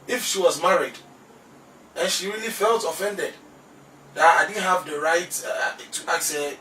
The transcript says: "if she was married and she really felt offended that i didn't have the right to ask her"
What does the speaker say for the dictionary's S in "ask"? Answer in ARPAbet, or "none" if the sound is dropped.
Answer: none